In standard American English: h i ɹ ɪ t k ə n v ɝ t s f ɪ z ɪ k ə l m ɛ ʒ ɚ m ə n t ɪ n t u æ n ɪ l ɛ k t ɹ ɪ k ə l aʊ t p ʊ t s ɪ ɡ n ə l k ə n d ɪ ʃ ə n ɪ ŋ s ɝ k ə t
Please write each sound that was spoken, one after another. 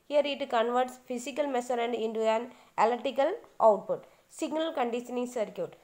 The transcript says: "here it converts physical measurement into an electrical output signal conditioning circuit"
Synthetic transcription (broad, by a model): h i ɹ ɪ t k ə n v ɝ t s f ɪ s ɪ k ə l m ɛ s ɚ ə n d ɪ n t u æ n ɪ l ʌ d t ɪ k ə l aʊ t p ʊ t s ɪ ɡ n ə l k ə n d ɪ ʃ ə n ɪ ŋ s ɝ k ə t